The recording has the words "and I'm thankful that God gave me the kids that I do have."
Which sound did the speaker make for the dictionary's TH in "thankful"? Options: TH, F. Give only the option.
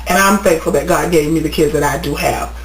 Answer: F